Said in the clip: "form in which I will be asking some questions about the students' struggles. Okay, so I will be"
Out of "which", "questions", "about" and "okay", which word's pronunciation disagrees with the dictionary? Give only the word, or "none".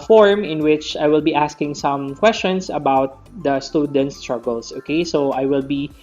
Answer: questions